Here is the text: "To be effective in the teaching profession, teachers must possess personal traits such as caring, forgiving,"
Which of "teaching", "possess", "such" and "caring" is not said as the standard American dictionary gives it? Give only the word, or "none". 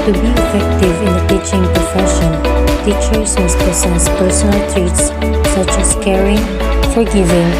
possess